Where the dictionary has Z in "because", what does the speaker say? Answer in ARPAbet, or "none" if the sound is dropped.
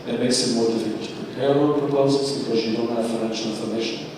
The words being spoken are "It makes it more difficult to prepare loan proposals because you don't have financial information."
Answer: Z